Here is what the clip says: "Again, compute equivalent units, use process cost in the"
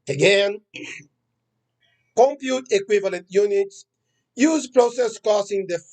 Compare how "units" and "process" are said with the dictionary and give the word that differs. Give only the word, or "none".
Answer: none